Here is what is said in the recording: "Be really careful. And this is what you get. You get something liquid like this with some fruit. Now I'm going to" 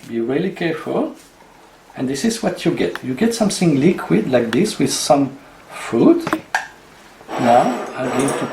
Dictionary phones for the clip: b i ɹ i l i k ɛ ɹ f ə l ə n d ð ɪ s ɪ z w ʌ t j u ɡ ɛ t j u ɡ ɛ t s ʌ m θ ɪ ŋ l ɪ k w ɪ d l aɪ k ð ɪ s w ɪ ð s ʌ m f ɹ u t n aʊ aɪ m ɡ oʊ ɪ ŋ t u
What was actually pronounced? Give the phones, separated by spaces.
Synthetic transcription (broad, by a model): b i ɹ i l i k ɛ ɹ f ə l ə n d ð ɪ s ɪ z w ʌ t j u ɡ ɛ t j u ɡ ɛ t s ʌ m θ ɪ ŋ l ɪ k w ɪ d l aɪ k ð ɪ s w ɪ ð s ʌ m f u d n aʊ aɪ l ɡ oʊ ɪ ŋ t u